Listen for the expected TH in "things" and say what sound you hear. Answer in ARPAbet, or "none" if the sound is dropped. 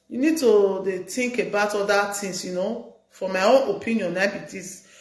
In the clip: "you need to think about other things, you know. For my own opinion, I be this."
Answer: T